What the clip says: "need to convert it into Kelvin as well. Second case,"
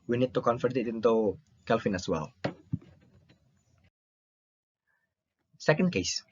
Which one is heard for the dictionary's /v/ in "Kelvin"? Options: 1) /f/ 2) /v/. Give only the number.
1